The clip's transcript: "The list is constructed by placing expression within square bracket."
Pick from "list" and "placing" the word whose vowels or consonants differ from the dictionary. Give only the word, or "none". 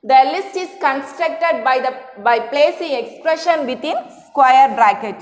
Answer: none